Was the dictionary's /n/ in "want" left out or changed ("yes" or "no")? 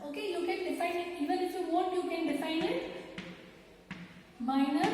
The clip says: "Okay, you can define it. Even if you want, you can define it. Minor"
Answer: yes